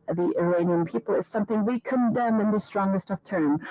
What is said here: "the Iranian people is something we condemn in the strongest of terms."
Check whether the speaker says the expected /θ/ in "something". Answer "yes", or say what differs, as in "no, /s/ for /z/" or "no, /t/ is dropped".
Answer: yes